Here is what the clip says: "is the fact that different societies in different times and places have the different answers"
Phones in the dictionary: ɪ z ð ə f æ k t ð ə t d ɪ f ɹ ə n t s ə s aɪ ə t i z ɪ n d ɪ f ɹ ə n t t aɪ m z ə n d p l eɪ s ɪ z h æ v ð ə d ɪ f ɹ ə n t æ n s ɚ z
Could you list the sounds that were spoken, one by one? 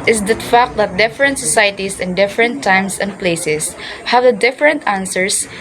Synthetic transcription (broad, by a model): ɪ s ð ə f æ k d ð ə t d ɪ f ɹ ə n t s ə s aɪ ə t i s ɪ n d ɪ f ɹ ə n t t aɪ m s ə n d p l eɪ s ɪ s h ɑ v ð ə d ɪ f ɹ ə n t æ n s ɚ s